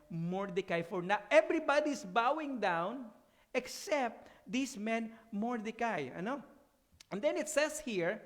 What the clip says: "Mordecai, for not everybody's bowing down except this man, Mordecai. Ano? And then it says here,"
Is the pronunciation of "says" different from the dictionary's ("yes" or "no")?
yes